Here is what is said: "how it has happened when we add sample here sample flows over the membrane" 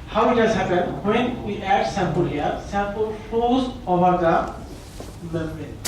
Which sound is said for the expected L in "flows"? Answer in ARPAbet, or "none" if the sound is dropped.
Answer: none